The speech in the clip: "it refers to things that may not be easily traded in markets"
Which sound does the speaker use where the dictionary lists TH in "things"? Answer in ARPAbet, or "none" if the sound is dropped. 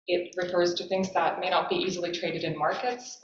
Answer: TH